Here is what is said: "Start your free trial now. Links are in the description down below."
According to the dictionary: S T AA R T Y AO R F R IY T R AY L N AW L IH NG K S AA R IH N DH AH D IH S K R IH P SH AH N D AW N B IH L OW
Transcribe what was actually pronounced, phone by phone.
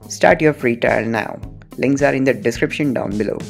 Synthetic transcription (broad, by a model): S T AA R T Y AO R F R IY T AY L N AW L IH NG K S AA R IH N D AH D IH S K R IH P SH AH N D AW N B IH L OW